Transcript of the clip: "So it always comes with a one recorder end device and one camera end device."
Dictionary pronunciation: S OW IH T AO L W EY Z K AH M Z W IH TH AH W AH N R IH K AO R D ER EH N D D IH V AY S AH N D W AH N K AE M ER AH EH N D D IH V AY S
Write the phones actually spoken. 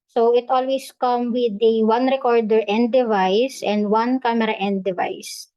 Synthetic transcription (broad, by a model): S OW IH T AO L W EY S K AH M W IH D AH W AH N R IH K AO R D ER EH N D D IH V AY S AH N D W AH N K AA M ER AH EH N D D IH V AY S